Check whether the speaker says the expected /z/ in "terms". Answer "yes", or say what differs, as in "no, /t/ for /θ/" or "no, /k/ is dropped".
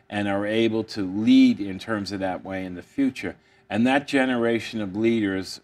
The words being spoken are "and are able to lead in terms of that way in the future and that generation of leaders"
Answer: yes